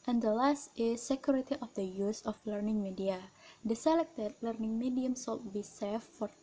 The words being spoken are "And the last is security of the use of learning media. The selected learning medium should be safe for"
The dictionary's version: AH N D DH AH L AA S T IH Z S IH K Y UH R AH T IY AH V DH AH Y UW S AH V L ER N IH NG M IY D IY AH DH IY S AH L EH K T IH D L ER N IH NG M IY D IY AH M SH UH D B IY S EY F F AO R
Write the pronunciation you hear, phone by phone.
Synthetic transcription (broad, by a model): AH N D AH L AA S T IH S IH K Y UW R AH T IY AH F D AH Y UW S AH F L ER N IH NG M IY D IY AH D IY S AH L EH K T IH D L ER N IH NG M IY D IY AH M S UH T B IY S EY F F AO R